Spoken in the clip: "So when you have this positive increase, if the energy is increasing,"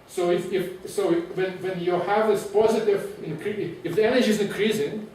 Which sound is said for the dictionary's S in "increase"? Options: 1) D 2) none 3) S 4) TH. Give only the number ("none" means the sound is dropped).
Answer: 2